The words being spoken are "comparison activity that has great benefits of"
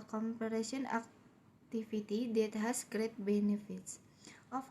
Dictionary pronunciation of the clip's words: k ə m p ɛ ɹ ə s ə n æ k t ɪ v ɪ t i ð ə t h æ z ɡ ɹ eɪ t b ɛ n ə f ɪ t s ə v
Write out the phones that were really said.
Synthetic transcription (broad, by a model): k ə m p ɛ ɹ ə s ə n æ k t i f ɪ t i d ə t h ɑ s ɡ ɹ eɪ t b ɛ n ə f ɪ t s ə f